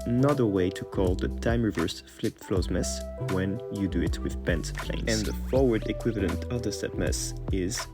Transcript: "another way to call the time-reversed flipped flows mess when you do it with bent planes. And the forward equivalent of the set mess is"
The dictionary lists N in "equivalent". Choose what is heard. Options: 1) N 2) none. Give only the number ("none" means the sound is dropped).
1